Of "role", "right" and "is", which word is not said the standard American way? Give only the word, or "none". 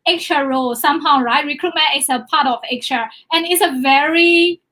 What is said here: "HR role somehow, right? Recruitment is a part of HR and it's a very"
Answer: is